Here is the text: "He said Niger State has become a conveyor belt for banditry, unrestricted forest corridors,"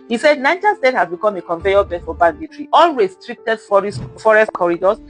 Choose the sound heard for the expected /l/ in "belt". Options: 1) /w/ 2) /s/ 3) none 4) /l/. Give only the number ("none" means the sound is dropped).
3